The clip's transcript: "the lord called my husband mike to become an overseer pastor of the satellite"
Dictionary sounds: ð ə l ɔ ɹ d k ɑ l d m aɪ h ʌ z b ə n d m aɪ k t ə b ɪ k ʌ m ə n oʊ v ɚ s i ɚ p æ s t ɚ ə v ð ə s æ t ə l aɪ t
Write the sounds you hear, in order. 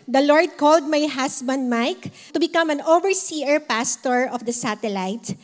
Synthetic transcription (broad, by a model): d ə l ɔ ɹ d k ɑ l d m aɪ h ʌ s b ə n d m aɪ k t ə b ɪ k ʌ m ə n oʊ v ɚ s i ɚ p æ s t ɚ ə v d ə s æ t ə l aɪ t